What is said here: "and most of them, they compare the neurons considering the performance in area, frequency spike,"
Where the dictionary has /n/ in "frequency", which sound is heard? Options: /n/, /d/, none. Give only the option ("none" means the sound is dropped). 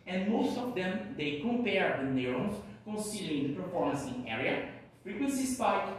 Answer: /n/